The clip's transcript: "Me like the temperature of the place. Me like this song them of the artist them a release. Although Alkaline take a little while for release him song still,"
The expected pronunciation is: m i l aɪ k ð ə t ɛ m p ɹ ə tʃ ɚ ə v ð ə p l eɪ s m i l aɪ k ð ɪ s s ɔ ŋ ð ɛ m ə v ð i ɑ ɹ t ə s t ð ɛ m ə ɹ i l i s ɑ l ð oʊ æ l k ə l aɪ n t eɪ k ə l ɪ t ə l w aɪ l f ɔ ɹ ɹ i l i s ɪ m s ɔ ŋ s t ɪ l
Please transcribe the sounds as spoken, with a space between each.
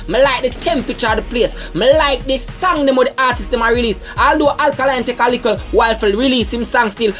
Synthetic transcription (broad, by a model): m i l aɪ k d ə t ɛ m p ɹ ə tʃ ɚ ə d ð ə p l eɪ s m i l aɪ k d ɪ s s ɔ ŋ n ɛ m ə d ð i ɑ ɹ t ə s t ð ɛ m ə ɹ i l i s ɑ l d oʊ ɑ l k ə l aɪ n t eɪ k ə l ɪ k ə l w aɪ l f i l ɹ i l i s ɪ m s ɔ ŋ s t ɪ l